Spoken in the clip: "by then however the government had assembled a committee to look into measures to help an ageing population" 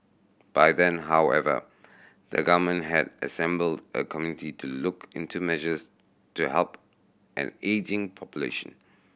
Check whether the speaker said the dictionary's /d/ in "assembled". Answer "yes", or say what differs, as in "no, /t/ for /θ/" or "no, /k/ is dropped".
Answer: yes